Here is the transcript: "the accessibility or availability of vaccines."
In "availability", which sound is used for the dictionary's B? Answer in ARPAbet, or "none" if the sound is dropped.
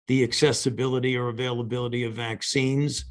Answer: B